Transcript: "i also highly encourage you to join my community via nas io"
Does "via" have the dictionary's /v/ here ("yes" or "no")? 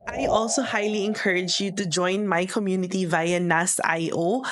yes